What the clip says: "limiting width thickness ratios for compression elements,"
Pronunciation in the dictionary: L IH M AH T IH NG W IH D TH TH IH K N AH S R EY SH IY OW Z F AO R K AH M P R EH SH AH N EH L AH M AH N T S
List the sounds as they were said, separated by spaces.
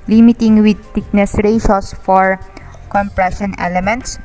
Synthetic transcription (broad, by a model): L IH M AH T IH NG W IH D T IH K N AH S R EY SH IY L S F AO R K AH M P R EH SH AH N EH L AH M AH N T S